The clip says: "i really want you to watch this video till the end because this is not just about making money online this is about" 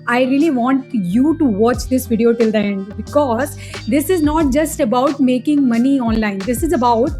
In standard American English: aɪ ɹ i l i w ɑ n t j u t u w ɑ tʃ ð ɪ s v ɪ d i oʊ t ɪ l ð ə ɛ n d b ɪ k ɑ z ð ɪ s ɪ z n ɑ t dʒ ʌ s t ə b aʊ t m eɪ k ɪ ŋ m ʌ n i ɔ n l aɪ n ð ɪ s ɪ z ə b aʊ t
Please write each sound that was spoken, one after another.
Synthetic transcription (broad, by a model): aɪ ɹ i l i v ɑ n t j u t u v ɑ tʃ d ɪ s v ɪ d i oʊ t ɪ l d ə ɛ n d b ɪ k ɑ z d ɪ s ɪ z n ɑ t dʒ ʌ s t ə b aʊ t m eɪ k ɪ ŋ m ʌ n i ɔ n l aɪ n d ɪ s ɪ z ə b aʊ t